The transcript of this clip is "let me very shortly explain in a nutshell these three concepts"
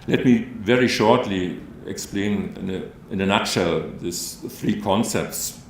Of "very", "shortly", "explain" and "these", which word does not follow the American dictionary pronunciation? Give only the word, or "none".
these